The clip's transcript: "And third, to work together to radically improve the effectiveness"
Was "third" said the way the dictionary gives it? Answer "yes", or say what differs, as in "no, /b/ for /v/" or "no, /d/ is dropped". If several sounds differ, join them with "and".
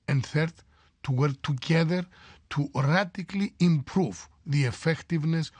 yes